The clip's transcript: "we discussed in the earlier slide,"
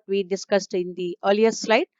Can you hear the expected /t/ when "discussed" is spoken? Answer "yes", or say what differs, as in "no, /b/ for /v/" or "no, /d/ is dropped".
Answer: yes